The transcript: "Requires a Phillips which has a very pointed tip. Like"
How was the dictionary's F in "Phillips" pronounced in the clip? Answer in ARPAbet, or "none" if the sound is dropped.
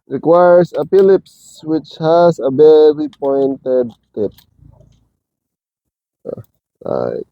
P